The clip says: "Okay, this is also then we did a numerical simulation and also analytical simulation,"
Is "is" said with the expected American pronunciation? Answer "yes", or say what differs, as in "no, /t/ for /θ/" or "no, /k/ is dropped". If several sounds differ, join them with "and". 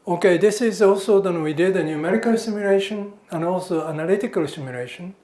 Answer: yes